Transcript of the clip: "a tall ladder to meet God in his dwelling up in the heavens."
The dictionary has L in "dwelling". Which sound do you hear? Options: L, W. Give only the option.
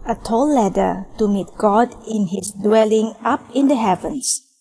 L